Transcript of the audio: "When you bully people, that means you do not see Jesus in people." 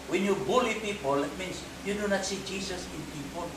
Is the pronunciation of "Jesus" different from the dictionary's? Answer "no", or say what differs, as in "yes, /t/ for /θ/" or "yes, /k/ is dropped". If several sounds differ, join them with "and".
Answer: yes, /s/ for /z/